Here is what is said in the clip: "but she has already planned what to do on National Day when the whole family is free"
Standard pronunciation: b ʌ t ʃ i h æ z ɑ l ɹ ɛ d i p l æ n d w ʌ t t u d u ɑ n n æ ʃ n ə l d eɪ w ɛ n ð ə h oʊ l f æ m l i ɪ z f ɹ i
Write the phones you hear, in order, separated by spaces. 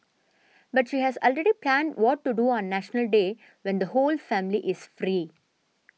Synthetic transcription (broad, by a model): b ʌ t ʃ i h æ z ɑ l ɹ ɛ d i p l æ n d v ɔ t t u d u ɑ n n æ ʃ n ə l d eɪ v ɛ n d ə h oʊ l f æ m l i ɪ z f ɹ i